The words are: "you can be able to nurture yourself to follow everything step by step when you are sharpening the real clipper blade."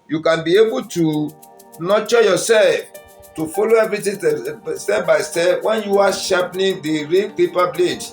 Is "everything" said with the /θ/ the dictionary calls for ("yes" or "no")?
no